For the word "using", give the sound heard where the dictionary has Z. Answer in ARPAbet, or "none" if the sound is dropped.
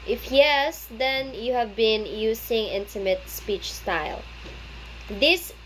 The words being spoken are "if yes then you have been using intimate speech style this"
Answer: S